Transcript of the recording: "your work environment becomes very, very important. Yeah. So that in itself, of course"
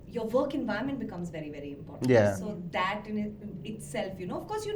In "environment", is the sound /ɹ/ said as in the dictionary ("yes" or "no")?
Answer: no